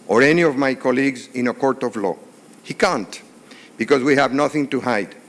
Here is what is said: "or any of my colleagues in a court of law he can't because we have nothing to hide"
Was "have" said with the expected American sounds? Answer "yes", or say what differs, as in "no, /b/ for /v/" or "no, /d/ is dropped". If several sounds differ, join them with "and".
yes